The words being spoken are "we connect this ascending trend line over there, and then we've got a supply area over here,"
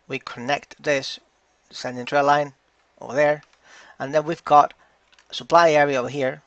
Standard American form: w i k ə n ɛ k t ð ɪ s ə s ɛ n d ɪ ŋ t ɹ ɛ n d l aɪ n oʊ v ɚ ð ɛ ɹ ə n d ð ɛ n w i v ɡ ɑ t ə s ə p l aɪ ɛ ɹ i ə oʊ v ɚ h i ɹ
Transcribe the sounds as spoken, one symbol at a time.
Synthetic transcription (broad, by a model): w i k ə n ɛ k t ð ɪ s s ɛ n d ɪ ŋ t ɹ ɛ l aɪ n oʊ v ɚ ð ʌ ɹ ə n ð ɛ n w i v ɡ ɑ t ə s ə p l aɪ ɛ ɹ i ə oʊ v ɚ h i ɹ